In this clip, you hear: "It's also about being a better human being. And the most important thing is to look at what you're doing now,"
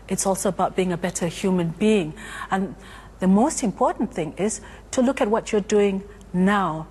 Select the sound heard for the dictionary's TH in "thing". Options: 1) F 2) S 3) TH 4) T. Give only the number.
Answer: 3